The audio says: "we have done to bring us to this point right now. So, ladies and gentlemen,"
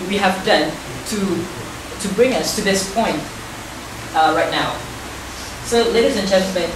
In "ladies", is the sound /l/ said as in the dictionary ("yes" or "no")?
yes